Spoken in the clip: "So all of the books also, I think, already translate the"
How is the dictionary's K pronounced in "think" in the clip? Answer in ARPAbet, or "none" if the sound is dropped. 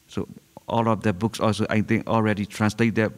none